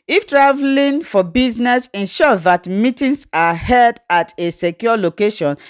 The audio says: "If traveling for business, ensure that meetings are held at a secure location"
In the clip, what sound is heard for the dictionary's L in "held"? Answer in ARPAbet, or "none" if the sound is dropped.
none